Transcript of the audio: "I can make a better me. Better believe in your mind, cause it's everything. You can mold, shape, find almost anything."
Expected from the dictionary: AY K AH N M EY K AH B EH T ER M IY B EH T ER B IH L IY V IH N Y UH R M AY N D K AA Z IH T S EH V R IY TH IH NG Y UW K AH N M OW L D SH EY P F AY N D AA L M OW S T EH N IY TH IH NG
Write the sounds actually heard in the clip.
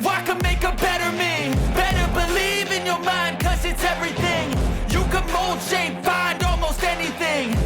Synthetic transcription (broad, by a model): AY K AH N M EY K AH B EH T ER M IY B EH T ER B IH L IY V IH N Y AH R M AY N D K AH Z IH T S EH V R IY TH IH NG Y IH K AH N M OW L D SH EY P F AY N D AA L M OW S T EH N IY TH IH NG